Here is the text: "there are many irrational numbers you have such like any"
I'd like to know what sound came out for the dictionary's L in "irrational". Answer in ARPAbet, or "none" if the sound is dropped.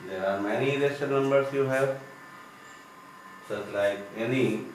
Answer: N